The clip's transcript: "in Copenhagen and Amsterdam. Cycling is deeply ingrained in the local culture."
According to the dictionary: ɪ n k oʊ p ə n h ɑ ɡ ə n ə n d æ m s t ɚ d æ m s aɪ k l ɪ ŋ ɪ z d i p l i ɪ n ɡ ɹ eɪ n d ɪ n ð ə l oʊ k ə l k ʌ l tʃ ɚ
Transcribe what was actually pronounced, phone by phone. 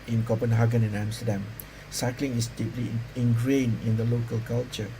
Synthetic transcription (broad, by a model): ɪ n k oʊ p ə n h ɑ ɡ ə n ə n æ m s t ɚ d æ m s aɪ k l ɪ ŋ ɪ s d i p l i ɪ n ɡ ɹ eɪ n ɪ n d ə l oʊ k ə l k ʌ l tʃ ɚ